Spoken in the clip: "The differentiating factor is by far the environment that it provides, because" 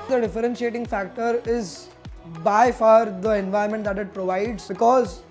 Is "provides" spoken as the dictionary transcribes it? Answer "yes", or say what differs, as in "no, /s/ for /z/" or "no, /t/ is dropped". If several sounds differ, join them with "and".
yes